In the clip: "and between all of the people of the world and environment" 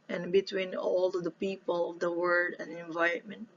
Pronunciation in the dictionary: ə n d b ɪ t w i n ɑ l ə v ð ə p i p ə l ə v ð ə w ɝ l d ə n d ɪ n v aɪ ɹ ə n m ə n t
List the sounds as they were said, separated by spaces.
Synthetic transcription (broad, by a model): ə n b ɪ t w i n ɑ l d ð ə p i p ə l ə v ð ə w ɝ d ə n d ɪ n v aɪ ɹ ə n m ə n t